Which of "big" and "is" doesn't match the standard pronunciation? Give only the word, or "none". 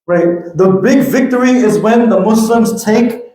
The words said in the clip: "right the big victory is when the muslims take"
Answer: none